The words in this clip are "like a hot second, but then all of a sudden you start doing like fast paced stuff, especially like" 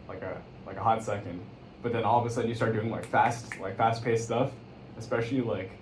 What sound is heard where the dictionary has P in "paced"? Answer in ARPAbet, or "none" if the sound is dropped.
P